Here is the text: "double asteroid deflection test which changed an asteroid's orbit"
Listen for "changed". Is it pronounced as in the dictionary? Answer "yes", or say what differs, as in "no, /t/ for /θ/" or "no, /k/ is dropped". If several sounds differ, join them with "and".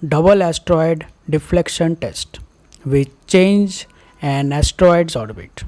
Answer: no, /d/ is dropped